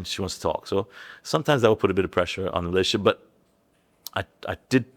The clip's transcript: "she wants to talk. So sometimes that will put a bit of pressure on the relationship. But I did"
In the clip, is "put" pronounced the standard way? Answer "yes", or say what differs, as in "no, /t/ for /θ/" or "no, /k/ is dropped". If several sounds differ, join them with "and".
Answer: yes